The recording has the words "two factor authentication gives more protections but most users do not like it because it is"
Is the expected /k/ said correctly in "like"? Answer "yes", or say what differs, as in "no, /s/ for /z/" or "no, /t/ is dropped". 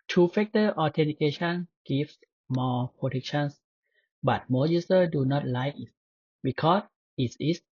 no, /k/ is dropped